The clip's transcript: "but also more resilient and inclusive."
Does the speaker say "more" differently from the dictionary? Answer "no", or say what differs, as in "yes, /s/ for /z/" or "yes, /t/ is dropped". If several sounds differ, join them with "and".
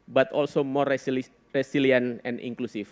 no